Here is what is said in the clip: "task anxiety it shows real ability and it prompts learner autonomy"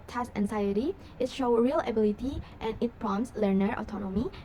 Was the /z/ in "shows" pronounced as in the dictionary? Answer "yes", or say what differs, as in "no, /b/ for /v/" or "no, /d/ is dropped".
no, /z/ is dropped